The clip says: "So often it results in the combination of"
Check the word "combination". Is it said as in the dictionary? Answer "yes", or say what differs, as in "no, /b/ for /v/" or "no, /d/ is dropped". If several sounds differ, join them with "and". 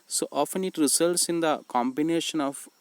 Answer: yes